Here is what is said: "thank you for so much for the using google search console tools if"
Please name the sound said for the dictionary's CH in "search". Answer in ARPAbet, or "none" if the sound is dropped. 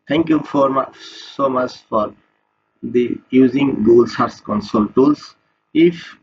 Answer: S